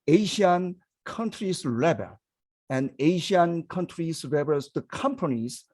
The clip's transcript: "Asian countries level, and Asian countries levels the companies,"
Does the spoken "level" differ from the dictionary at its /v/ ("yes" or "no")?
yes